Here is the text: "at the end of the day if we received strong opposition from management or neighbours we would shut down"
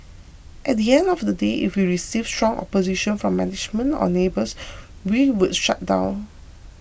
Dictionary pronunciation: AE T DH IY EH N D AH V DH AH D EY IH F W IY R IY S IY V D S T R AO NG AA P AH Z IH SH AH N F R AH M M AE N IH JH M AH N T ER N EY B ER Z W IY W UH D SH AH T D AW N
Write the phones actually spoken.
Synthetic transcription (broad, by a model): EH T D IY EH N D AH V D AH D EY IH F W IY R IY S IY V S T R AO NG AA P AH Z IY SH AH N F R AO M M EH N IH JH M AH N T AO N EY B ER S W IY W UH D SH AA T D AW N